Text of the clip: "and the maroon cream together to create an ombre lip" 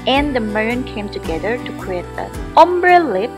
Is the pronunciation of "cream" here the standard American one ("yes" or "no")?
no